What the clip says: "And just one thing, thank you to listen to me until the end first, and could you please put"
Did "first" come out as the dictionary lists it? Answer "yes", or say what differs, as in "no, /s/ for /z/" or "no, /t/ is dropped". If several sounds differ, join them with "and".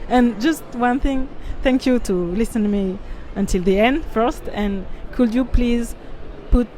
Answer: yes